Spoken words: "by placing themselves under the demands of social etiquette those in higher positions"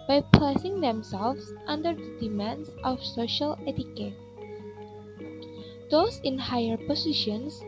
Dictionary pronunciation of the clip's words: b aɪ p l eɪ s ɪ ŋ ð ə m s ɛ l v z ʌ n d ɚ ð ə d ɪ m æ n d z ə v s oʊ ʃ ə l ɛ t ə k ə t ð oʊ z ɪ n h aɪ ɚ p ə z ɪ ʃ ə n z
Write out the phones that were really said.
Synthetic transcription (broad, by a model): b aɪ p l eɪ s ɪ ŋ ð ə m s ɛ l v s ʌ n d ɚ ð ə d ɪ m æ n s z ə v s oʊ ʃ ə l ɛ t ə k ə t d oʊ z ɪ n h aɪ ɚ p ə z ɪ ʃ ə n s